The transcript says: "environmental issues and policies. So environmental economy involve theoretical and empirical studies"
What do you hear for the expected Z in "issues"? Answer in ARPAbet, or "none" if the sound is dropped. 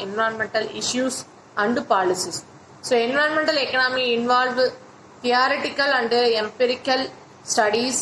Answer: S